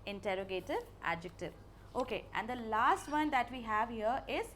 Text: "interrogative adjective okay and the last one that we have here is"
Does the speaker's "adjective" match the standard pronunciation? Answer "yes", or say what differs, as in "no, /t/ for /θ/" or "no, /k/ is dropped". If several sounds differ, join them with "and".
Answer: yes